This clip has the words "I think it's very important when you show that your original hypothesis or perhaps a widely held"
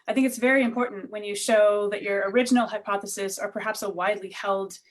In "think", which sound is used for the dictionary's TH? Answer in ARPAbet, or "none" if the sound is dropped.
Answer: TH